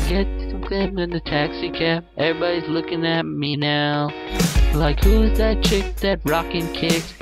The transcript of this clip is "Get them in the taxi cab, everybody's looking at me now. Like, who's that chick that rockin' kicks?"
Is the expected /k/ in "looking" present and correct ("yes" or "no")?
yes